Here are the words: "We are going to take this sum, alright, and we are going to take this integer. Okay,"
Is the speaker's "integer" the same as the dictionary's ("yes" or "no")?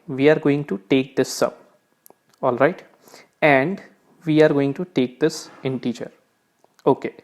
no